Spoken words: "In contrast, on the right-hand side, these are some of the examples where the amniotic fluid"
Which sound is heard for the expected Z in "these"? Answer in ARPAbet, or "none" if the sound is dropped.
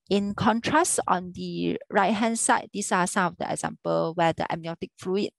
S